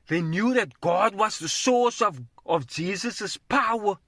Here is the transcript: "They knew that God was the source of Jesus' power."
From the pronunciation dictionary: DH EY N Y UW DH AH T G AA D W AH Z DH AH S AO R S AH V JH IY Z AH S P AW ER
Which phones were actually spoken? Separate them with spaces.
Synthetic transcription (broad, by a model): DH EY N Y UW DH AH T G AA D W AH Z DH AH S AO R S AH V JH IY Z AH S P AW ER